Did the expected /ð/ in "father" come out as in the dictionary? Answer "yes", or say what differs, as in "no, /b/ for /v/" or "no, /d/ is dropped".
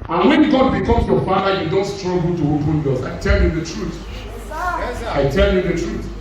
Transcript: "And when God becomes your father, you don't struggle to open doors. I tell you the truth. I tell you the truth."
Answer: no, /ð/ is dropped